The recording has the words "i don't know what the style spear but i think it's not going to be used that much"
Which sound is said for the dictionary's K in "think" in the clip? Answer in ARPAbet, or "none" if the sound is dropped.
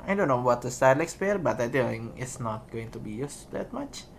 none